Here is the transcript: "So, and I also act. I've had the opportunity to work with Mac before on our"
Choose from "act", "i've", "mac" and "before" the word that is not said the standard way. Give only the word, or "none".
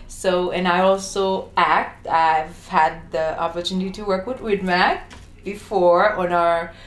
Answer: none